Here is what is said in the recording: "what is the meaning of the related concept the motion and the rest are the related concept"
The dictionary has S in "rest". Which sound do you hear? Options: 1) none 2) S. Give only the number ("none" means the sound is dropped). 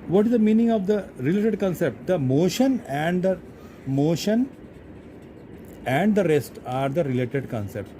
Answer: 2